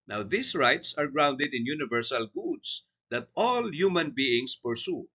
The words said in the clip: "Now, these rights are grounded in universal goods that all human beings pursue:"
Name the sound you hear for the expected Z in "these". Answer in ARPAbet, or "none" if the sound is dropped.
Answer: S